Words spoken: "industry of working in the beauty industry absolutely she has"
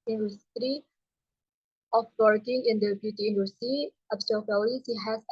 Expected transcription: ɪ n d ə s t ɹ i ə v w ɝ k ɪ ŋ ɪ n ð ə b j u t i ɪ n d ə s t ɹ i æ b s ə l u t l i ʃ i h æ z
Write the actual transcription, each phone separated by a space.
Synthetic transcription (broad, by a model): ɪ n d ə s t ɹ i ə f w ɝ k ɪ ŋ ɪ n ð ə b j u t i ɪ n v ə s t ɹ i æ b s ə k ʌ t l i s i h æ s